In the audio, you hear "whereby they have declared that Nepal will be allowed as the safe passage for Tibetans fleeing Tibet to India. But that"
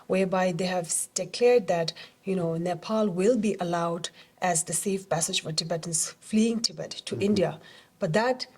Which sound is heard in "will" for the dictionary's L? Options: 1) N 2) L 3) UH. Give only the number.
2